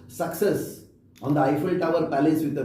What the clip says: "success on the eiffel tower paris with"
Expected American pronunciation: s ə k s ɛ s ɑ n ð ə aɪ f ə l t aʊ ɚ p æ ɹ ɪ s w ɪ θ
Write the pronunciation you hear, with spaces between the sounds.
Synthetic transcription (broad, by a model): s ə k s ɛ s ɑ n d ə aɪ f ə l t aʊ ɚ p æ l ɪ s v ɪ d